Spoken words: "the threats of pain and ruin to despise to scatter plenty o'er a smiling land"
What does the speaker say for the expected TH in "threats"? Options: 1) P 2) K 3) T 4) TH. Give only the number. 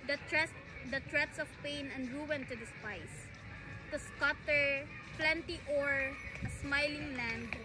3